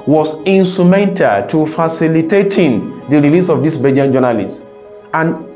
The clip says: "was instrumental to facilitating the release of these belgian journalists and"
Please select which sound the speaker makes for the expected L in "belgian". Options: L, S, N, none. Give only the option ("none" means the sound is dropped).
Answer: none